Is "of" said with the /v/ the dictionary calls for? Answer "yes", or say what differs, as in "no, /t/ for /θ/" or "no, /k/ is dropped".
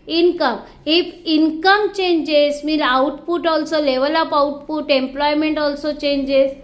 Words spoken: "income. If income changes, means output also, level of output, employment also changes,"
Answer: no, /p/ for /v/